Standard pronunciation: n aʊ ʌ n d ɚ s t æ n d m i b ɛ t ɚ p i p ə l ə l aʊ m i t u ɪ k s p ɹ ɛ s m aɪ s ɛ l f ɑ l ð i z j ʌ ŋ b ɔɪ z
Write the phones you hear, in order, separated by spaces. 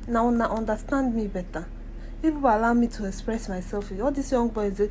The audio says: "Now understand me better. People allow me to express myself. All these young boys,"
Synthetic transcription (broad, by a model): n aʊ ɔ n d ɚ s t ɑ n d m i b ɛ t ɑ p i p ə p ə l aʊ m i t u ɪ k s p ɹ ɛ s m aɪ s ɛ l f ɑ l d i s j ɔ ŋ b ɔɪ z